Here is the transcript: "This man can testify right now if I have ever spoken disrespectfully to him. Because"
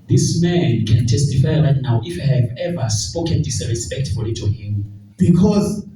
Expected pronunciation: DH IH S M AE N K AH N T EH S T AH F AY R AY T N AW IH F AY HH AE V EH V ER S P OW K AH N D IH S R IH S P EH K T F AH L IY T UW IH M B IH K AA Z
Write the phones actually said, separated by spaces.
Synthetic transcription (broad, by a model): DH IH S M AE N K AH N T EH S T AH F AY L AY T N AW IH F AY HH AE V EH V ER S P OW K AH N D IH S R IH S P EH K T F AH L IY T UW IH M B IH K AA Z